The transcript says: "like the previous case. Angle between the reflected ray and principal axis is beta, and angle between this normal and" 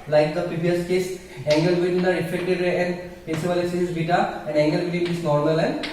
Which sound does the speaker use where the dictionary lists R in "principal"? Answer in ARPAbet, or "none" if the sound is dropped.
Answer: none